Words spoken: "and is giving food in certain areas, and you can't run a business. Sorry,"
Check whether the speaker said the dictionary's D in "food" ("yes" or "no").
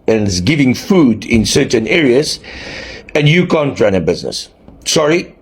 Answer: yes